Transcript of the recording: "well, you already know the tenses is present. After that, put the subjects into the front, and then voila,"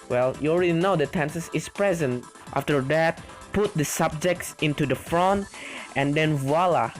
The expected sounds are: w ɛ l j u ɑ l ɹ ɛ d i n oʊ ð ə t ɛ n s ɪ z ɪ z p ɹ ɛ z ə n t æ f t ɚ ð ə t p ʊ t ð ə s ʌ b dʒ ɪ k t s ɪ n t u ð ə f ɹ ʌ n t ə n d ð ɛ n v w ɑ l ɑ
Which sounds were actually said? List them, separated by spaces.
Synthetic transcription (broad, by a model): w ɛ l j u ɑ l ɹ ɛ d i n oʊ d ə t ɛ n s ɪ s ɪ s p ɹ ɛ z ə n t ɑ f t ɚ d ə t p ʊ t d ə s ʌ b dʒ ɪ k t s ɪ n t u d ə f ɹ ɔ n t ə n d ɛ n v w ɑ l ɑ